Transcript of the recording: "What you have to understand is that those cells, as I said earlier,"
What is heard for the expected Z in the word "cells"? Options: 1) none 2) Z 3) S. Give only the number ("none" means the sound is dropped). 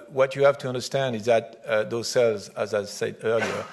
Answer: 2